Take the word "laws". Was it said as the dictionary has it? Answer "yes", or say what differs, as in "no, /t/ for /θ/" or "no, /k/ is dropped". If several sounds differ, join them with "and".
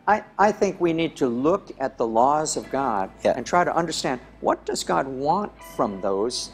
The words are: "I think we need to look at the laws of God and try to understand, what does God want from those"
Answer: yes